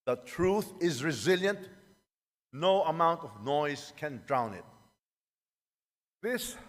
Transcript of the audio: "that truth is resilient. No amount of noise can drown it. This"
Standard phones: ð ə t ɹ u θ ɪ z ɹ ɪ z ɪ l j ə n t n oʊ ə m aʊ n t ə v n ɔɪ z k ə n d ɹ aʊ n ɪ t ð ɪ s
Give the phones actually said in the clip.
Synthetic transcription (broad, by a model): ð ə t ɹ u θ ɪ z ɹ ɪ z ɪ l j ə n t n oʊ ə m aʊ n t ə v n ɔɪ z k ə n d ɹ aʊ n ɪ t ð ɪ s